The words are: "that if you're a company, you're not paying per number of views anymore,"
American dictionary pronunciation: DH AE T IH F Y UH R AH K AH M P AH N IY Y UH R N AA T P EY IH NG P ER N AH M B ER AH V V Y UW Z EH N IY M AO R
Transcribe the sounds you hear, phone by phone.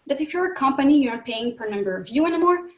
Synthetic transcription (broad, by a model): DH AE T IH F Y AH R AH K AH M P AH N IY Y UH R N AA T P EY IH NG P ER N AH M B ER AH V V Y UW EH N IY M AO R